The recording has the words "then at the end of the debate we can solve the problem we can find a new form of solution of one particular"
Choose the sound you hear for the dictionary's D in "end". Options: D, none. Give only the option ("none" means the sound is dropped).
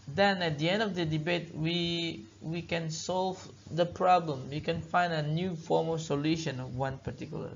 D